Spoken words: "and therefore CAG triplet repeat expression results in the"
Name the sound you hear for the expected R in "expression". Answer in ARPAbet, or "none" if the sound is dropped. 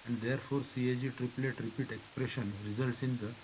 R